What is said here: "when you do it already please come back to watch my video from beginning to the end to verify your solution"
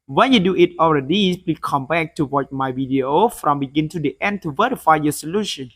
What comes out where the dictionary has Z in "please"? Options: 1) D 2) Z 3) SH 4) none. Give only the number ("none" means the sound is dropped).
4